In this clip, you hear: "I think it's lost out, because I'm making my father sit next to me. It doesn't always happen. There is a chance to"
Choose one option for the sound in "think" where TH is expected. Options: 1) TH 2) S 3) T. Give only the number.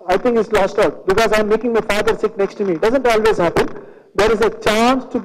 3